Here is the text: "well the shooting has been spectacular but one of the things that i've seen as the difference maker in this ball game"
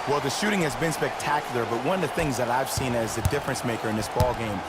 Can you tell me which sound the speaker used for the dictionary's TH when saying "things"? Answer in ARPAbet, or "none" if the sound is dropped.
TH